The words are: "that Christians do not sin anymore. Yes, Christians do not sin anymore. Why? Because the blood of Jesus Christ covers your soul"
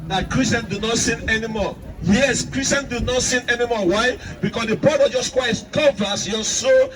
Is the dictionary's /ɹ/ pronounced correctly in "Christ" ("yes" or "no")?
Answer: no